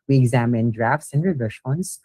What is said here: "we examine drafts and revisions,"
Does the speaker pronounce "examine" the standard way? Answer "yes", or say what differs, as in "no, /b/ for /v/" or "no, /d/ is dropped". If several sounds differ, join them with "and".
yes